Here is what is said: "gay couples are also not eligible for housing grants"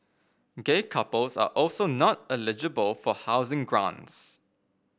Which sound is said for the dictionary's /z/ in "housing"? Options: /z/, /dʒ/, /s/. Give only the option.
/z/